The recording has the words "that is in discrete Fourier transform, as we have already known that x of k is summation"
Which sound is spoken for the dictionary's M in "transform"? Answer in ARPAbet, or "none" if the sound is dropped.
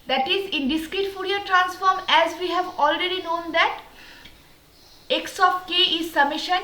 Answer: M